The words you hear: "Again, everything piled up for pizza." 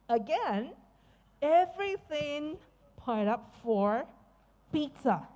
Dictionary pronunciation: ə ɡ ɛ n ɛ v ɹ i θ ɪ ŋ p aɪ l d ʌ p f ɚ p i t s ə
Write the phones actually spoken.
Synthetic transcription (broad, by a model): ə ɡ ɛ n ɛ v ɹ i θ ɪ ŋ p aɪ d ʌ p f ɚ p i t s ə